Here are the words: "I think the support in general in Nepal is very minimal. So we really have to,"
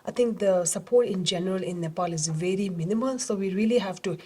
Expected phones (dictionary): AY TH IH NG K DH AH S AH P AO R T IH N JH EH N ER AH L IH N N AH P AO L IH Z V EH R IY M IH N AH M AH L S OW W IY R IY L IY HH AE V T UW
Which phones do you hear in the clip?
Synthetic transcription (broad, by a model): AY T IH NG K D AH S AH P AO R T IH N JH EH N ER AH L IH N N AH P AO L IH Z V EH R IY M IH N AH M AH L S OW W IY R IY L IY HH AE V T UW